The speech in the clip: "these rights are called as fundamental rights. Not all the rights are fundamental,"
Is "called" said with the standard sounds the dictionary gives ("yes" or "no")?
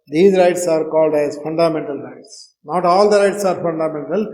yes